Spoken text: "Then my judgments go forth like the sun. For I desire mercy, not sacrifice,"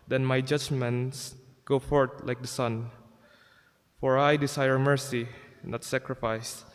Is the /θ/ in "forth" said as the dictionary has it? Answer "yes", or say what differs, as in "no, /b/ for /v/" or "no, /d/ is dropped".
no, /t/ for /θ/